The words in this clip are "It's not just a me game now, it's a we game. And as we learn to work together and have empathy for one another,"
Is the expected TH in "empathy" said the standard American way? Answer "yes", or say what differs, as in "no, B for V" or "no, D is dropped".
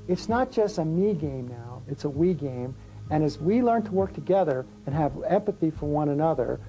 yes